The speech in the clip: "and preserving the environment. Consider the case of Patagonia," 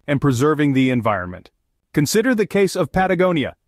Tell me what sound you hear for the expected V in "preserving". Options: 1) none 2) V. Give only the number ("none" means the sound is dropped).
2